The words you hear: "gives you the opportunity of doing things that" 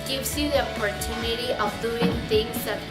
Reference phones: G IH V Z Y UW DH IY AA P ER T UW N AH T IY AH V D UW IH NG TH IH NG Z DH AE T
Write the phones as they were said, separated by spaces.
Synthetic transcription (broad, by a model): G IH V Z Y UW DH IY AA P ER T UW N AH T IY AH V D UW IH NG T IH NG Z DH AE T